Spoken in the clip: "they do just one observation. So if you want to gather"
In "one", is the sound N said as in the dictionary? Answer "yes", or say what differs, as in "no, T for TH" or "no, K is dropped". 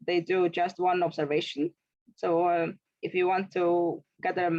yes